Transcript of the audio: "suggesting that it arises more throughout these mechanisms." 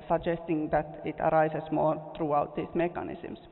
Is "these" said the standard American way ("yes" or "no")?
no